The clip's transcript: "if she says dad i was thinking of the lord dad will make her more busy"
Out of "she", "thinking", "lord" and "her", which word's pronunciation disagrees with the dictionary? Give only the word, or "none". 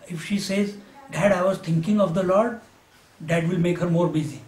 thinking